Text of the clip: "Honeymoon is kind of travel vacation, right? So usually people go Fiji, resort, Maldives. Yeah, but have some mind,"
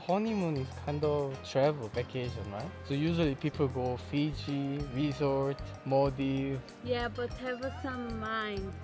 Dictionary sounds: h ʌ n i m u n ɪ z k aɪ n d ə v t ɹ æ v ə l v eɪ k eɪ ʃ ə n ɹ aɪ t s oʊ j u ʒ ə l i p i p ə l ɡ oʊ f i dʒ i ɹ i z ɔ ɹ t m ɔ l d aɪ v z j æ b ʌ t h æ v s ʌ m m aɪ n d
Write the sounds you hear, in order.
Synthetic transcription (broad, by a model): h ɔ n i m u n k aɪ n d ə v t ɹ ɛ v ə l b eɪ k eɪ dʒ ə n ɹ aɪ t s oʊ j u ʒ ə l i p i p ə l ɡ oʊ f i dʒ i ɹ i z ɔ ɹ t m ɔ d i j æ b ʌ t h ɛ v s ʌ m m aɪ n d